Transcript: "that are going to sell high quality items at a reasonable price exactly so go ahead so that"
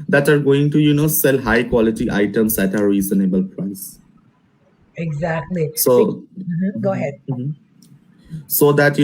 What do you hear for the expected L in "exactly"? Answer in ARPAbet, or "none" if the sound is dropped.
L